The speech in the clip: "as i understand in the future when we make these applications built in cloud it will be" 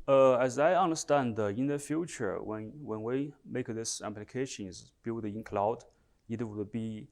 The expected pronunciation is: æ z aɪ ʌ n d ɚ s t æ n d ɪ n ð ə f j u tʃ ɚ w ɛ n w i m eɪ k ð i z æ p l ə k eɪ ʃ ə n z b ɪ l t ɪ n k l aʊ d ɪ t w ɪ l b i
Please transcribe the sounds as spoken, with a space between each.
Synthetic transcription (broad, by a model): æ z aɪ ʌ n d ɚ s t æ n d ɪ n ð ə f j u tʃ ɚ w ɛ n w i m eɪ k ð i s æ p l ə k eɪ ʃ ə n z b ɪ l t ɪ n k l aʊ d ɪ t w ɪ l b i